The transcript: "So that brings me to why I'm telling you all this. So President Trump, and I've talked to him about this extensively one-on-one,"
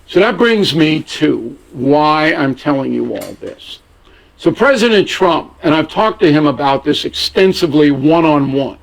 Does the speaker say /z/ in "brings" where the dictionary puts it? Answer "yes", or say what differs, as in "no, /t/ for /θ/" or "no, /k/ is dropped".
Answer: yes